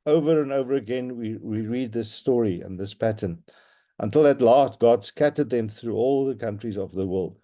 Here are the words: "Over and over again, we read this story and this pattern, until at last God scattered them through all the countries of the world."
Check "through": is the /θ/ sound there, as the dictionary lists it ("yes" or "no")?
yes